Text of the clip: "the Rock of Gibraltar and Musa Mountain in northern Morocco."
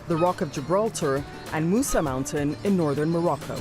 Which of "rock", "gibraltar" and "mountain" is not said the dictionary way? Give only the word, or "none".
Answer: none